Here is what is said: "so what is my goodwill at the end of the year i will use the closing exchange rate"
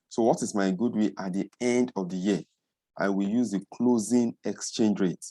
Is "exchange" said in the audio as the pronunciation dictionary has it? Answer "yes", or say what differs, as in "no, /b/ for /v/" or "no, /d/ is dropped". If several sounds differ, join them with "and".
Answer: yes